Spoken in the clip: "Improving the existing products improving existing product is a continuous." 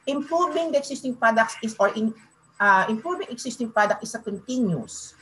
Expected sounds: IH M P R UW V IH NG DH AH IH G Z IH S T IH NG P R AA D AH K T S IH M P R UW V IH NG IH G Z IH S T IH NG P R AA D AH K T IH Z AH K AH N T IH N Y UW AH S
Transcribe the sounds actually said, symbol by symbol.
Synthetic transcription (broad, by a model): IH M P R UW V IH NG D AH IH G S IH S T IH NG P R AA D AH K S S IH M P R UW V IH NG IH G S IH S T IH NG P R AA D AH K T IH S AH K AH N T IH N Y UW S